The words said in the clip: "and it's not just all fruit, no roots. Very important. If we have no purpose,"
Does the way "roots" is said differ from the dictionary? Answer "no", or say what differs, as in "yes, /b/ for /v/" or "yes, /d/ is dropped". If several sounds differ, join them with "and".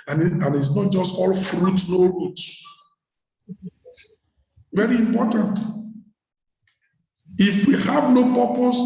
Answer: yes, /s/ is dropped